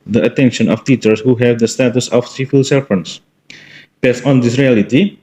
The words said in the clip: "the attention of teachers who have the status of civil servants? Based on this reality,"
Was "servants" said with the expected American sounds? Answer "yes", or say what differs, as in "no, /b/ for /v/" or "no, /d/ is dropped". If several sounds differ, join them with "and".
no, /f/ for /v/